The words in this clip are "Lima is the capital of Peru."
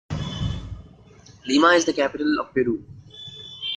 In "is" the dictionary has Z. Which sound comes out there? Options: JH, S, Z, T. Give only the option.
Z